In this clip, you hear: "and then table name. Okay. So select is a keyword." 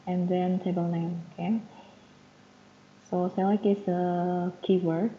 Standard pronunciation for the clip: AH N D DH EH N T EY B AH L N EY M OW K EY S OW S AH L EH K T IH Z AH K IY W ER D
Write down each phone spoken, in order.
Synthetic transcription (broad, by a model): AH N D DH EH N T EY B AH L N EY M OW K EY S OW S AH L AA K IH S AH K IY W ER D